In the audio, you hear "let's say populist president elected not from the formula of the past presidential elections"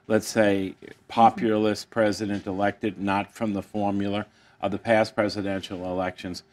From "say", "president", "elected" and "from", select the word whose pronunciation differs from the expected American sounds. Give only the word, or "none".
none